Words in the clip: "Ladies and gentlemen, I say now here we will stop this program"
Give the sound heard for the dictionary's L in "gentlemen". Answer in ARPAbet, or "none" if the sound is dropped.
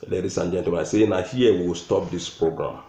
none